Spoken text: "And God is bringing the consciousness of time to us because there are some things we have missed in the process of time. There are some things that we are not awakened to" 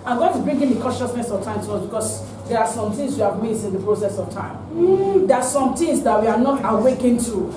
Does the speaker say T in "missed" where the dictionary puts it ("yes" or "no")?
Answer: no